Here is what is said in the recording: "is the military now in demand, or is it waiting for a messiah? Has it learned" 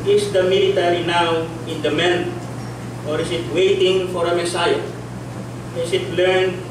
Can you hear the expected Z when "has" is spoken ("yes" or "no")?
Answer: no